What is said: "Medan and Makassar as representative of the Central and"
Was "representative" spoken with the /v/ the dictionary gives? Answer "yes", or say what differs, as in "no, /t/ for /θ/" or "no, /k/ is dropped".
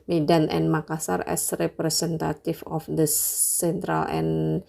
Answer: no, /f/ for /v/